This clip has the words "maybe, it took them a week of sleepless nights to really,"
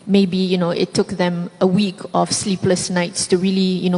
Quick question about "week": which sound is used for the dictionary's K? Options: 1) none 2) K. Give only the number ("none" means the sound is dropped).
2